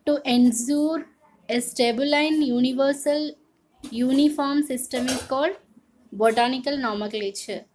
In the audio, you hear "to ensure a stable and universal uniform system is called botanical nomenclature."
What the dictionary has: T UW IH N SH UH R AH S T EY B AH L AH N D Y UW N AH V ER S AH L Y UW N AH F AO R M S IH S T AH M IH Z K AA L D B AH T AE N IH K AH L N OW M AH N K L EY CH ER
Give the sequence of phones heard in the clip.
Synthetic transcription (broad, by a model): T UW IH N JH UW R AH S T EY B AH L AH N Y UW N AH V ER S AH L Y UW N AH F AO R M S IH S T AH M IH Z K AA L D B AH T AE N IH K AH L N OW M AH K L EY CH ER